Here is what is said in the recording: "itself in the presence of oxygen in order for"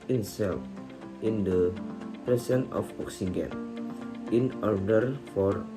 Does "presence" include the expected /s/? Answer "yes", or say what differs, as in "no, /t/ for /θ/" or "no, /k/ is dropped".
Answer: no, /s/ is dropped